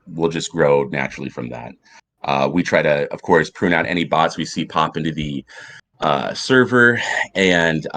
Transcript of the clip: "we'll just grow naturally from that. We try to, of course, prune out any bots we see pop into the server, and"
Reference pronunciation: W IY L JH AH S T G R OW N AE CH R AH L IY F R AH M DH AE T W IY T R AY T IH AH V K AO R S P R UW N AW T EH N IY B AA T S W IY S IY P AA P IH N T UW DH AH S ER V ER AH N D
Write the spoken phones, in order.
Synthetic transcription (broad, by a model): W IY L JH AH S G R OW N AE CH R L IY F R AH M DH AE T W IY T R AY T IH AH V K AO R S P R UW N AW T EH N IY B AA T S W IY S IY P AA P IH N T UW DH AH S ER V ER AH N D